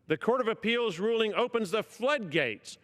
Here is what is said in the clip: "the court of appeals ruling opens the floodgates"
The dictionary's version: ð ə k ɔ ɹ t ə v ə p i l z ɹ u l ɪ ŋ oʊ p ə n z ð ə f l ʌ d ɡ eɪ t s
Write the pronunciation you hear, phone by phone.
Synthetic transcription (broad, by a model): ð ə k ɔ ɹ t ə v ə p i l z ɹ u l ɪ ŋ oʊ p ə n z ð ə f l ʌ d ɡ eɪ t s